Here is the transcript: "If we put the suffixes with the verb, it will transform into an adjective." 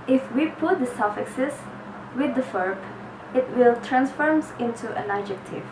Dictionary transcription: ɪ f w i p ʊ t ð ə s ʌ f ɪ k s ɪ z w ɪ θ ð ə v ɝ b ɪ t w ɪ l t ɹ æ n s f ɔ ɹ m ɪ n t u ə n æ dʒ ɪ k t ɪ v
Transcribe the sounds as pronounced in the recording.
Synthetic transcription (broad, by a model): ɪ f w i p ʊ t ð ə s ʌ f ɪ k s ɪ s w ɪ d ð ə f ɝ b ɪ t w ɪ l t ɹ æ n s f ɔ ɹ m ɪ n t u ə n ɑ dʒ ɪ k t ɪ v